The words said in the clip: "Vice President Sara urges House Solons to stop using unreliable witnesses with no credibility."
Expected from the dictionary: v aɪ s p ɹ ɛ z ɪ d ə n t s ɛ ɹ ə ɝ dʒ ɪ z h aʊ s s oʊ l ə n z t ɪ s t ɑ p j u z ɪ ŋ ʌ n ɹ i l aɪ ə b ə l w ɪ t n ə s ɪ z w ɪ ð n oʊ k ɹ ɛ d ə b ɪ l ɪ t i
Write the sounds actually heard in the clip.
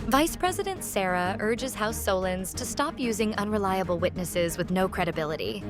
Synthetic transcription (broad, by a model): v aɪ s p ɹ ɛ z ɪ d ə n t s ɛ ɹ ə ɝ dʒ ɪ z h aʊ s s oʊ l ə n z t ɪ s t ɑ p j u z ɪ ŋ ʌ n ɹ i l aɪ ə b l w ɪ t n ə s ɪ z w ɪ ð n oʊ k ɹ ɛ d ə b ɪ l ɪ t i